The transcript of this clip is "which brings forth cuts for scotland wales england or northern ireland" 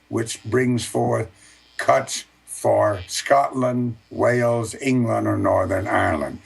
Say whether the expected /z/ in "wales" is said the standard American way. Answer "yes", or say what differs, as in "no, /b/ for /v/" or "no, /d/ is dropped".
yes